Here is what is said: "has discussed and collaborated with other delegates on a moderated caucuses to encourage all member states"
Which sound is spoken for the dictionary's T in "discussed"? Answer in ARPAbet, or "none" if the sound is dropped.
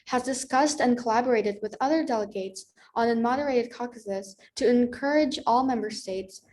T